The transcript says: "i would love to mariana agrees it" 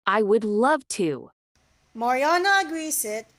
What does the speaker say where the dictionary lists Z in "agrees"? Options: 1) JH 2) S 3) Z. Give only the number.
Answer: 2